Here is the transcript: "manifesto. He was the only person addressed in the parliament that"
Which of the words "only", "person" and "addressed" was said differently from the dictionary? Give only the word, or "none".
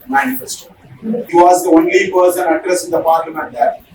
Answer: addressed